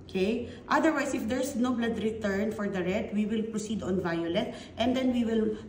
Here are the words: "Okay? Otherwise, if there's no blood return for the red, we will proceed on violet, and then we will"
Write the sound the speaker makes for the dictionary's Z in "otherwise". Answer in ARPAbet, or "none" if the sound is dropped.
S